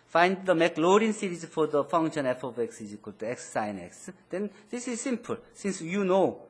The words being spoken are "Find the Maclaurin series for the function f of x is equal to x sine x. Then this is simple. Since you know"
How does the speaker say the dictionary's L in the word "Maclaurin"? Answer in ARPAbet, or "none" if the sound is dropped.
L